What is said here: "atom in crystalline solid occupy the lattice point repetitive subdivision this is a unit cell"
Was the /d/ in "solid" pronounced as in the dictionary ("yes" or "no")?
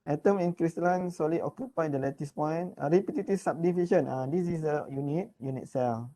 no